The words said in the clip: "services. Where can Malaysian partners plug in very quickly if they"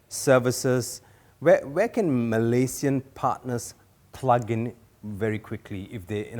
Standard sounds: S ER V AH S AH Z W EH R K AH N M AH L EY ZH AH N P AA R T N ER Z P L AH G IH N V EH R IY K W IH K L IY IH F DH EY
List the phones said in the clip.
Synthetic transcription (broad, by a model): S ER V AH S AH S W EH W K AH N M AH L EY S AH N P AA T N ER S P L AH G IH N V EH R IY K W IH K L IY IH F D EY